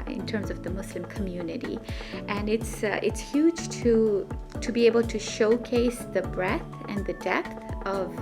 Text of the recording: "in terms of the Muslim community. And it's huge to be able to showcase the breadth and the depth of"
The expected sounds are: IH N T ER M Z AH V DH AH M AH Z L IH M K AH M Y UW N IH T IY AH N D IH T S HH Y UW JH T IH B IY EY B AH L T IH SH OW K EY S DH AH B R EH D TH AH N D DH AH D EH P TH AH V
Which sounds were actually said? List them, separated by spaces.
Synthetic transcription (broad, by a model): IH N T ER M Z AH V DH AH M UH S L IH M K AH M Y UW N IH T IY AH N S IH T S HH Y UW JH T IH B IY EY B AH L T IH SH OW K EY S DH AH B R EH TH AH N DH AH D EH P TH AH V